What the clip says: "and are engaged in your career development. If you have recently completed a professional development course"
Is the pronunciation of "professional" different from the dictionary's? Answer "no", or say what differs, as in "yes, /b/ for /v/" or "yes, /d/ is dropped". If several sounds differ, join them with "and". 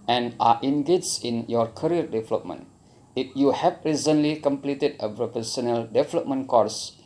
yes, /p/ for /f/ and /s/ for /ʃ/